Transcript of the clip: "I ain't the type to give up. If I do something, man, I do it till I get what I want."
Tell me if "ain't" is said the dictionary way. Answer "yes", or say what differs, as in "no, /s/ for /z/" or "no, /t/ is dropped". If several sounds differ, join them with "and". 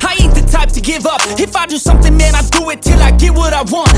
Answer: no, /n/ is dropped